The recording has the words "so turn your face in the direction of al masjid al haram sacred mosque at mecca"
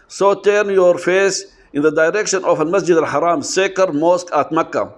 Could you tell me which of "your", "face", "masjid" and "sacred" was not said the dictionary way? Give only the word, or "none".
sacred